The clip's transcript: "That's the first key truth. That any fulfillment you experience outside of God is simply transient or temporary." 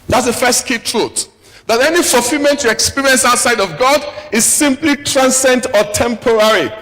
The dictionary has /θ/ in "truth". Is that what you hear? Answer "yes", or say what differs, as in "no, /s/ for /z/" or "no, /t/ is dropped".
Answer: no, /t/ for /θ/